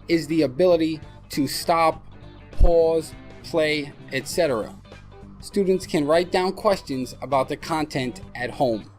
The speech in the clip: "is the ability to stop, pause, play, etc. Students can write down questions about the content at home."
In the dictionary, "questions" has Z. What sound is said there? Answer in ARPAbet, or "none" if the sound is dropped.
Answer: Z